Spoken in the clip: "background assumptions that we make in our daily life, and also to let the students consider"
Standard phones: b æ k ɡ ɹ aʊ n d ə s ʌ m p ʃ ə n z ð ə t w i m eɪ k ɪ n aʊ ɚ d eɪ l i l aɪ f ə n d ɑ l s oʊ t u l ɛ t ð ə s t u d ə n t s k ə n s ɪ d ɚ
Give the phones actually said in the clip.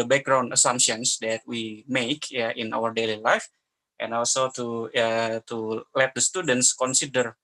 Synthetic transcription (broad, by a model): b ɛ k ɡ ɹ aʊ n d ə s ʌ m ʃ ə n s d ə t w i m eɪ k ɪ n aʊ ɚ d eɪ l i l aɪ f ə n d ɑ l s oʊ t u l ɛ t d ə s t u d ə n t s k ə n s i d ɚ